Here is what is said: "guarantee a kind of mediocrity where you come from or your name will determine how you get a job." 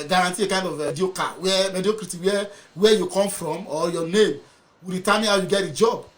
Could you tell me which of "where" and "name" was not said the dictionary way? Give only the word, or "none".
where